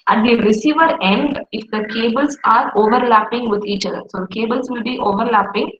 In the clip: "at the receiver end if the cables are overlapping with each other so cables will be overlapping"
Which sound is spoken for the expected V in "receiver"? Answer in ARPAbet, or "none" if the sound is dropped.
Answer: V